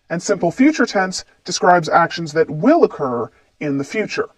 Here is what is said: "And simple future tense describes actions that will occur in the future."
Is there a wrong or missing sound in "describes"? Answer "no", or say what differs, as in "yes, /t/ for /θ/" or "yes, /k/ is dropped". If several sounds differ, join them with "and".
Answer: no